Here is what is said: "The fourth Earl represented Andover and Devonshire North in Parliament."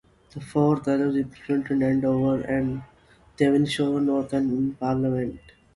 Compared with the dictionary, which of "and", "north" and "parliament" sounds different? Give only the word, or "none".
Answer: north